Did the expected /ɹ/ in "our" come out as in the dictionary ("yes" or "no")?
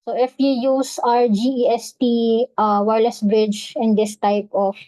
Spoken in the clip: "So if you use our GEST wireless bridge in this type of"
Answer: yes